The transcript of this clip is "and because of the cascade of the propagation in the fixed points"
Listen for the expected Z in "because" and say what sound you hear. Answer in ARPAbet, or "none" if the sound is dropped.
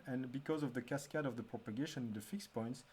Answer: Z